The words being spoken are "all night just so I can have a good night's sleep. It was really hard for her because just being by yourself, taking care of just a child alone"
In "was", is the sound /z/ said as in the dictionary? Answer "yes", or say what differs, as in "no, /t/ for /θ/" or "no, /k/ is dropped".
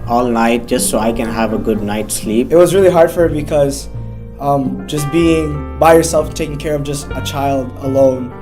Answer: yes